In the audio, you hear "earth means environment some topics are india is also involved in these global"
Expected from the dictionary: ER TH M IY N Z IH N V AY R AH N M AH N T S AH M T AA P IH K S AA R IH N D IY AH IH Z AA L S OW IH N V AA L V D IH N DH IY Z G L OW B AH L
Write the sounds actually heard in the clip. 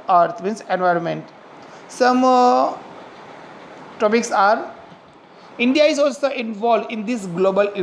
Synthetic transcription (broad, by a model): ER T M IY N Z IH N V AY R AH N M AH N T S AH M T AA P IH K S AA R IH N D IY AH IH Z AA L S OW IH N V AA L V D IH N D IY S G L OW B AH L